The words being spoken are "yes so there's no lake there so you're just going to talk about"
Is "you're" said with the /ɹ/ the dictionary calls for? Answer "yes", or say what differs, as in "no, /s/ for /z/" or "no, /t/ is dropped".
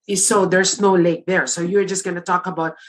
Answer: yes